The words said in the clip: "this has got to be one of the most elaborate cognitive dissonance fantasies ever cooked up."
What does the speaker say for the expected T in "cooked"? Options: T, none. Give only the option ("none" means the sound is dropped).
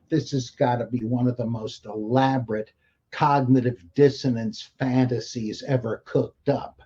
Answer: T